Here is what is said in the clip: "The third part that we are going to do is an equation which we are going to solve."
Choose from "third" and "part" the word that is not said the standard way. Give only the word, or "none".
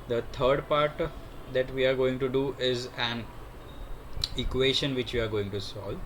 third